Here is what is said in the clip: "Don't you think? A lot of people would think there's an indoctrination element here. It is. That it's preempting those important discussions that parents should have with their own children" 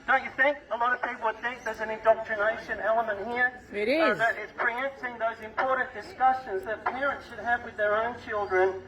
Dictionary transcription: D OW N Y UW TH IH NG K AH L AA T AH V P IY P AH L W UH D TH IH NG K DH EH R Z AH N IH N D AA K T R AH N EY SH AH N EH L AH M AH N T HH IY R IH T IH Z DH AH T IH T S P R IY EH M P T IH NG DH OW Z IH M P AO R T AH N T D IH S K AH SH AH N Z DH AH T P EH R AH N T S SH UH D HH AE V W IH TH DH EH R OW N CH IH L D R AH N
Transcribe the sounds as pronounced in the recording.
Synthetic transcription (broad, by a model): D OW N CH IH TH IH NG K AH L AA T AH V P IY P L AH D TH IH K DH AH R Z AH N IH N D AA K T R AH N EY SH AH N EH L AH M AH N T HH IY R IH T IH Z DH AH T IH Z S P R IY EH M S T IH NG DH OW Z IH M P AO R T N D IH S K AH SH AH N Z DH AH T P EH R AH N T S SH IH D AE V W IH DH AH R OW N CH IH L D R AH N